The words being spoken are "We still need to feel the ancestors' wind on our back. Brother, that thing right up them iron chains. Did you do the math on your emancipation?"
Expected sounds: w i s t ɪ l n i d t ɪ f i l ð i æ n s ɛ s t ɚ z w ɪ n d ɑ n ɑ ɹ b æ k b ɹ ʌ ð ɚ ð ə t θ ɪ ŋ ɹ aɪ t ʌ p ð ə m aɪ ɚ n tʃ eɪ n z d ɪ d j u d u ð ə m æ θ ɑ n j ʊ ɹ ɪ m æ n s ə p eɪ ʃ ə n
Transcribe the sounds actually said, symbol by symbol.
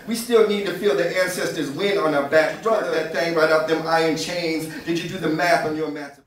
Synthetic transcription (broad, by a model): w i s t ɪ l n i d t ɪ f i l ð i æ n s ɛ s t ɚ z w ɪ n ɑ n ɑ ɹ b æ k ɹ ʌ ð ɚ ð ə t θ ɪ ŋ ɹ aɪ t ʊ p ð ə m aɪ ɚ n tʃ eɪ n z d ɪ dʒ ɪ d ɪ ð ə m æ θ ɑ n j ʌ ɹ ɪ m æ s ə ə